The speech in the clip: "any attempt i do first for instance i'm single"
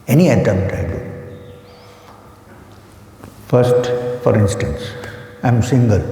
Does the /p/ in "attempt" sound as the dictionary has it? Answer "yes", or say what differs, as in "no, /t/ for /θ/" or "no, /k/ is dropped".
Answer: no, /p/ is dropped